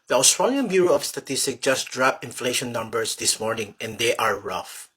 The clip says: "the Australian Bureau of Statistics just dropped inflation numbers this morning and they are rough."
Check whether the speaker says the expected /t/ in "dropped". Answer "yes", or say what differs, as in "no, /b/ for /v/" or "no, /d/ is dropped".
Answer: no, /t/ is dropped